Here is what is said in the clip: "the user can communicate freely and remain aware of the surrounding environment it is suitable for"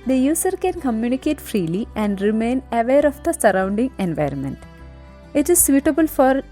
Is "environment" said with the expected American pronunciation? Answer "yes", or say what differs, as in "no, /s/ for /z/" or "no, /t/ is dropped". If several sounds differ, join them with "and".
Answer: yes